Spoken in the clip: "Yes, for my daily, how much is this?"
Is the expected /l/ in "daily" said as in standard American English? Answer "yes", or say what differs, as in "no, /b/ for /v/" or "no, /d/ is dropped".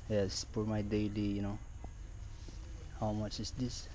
no, /n/ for /l/